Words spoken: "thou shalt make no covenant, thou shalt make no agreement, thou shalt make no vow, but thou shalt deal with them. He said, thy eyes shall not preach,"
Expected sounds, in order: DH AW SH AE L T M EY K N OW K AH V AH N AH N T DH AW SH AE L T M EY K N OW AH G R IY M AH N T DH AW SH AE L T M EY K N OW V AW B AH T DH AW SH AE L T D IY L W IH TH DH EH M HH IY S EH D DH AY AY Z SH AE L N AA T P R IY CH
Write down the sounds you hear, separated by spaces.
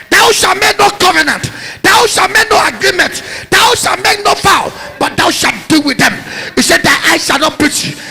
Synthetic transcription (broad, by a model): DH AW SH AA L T M EY K N OW K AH V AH N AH N T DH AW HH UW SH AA M EY K N OW AH G R IY M AH N T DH AW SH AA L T M EY K N OW F AW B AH T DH AW SH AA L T D IY L W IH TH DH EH M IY S EH D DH AY AY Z SH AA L N AA T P R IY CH